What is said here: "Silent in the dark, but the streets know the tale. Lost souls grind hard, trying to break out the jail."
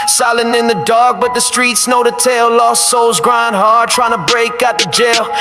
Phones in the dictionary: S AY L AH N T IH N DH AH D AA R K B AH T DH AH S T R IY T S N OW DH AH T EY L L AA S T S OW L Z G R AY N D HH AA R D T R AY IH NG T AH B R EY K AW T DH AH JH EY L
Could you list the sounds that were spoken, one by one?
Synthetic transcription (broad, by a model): S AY L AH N IH N DH AH D AA R K B AH T DH AH S T R IY T S N OW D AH T EY L L AA S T S OW L Z G R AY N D HH AA R D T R AY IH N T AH B R EY K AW T DH AH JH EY L